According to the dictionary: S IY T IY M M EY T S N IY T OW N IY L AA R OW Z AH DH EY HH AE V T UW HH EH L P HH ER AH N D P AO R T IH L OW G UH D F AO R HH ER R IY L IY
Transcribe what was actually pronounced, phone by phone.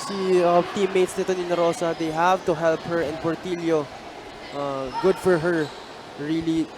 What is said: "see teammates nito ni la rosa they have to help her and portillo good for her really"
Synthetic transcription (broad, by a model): S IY T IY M M EY T S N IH T OW N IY N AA R OW S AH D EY HH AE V T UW HH EH L P HH ER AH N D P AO R T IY L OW G UH D F AO R HH ER R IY L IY